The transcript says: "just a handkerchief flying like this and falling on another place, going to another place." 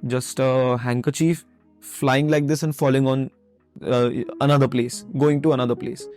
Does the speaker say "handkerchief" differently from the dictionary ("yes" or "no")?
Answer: no